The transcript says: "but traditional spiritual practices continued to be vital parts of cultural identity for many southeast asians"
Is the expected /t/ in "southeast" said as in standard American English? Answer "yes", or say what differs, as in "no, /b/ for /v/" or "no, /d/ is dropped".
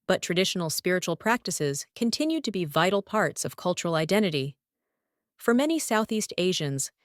yes